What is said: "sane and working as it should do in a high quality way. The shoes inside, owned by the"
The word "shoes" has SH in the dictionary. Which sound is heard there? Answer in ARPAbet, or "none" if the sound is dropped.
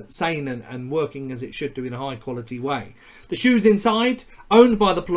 SH